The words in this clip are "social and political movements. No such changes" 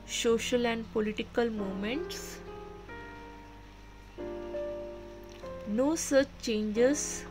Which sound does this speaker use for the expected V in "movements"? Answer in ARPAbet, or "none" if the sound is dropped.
none